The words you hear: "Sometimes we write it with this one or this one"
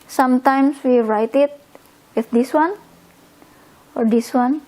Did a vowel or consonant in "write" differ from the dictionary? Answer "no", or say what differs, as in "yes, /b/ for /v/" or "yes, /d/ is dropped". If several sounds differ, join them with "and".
no